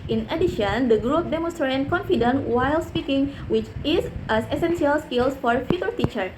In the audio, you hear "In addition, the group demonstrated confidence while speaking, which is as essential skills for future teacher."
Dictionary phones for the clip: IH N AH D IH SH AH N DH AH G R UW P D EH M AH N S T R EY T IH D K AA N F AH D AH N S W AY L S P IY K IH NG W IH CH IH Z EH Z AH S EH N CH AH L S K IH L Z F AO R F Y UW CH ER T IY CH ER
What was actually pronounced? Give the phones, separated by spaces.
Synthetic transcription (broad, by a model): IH N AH D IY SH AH N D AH G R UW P D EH M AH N S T R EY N K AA N F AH D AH N W AY L S P IY K IH NG W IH CH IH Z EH S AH S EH N S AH L S K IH L S F AO R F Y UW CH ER T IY CH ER